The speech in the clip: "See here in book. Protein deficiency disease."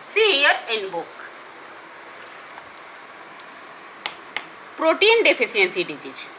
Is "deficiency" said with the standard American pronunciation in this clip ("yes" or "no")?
no